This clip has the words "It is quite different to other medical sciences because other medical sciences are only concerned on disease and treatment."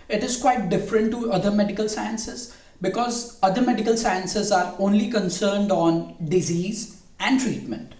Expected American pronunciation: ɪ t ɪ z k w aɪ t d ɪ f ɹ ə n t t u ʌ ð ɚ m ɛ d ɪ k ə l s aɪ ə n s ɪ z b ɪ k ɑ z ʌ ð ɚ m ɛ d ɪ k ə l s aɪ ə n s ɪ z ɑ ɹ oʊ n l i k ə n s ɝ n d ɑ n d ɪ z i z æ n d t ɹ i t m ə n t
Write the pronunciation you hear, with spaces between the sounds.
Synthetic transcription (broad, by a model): ɪ t ɪ z k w aɪ t d ɪ f ɹ ə n t t u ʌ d ɚ m ɛ d ɪ k ə l s aɪ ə n s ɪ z b ɪ k ɑ z ʌ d ɚ m ɛ d ɪ k ə l s aɪ ə n s ɪ z ɑ ɹ oʊ n l i k ə n s ɝ n d ɑ n d ɪ z i z æ n d t ɹ i t m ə n t